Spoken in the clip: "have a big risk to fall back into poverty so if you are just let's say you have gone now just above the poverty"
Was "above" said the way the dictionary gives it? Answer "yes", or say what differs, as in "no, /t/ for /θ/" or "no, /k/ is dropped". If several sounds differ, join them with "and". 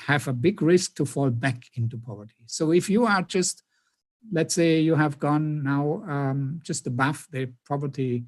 no, /f/ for /v/